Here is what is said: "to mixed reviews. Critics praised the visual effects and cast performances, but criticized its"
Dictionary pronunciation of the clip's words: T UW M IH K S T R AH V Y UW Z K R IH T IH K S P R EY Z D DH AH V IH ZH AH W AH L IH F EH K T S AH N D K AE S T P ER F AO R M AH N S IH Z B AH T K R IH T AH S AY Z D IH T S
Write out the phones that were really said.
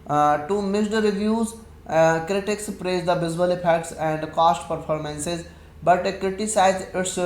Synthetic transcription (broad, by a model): T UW M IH S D R AH V Y UW Z K R IH T IH K S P R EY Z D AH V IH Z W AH L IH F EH K T S AH N D K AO S T P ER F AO R M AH N S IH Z B AH T K R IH T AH S AY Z IH T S